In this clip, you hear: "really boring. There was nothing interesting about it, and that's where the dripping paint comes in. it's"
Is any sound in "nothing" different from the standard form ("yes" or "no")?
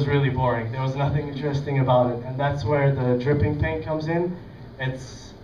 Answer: no